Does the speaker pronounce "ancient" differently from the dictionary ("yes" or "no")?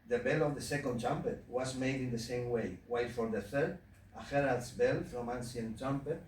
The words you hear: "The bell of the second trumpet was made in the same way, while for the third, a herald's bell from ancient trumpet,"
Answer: yes